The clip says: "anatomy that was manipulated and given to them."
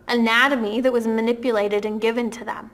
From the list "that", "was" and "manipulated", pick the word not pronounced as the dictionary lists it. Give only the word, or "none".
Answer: none